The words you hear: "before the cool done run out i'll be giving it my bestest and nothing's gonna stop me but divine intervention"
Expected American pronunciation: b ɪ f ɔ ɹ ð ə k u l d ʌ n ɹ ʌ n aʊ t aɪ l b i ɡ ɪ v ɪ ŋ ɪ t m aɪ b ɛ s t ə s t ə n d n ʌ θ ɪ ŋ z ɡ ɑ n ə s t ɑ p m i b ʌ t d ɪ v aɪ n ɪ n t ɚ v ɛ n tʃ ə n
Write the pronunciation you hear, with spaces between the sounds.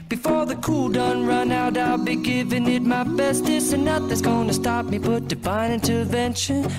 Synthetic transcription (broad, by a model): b ɪ f ɔ ɹ ð ə k u l d ʌ n ɹ ʌ n aʊ t aɪ l b i ɡ ɪ v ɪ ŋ ɪ t m aɪ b ɛ s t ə s ə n n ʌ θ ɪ z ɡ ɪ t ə s t ɑ p m i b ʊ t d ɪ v aɪ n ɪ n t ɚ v ɛ n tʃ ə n